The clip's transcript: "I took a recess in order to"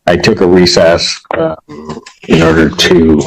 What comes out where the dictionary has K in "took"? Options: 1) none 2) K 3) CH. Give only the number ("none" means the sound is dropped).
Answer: 2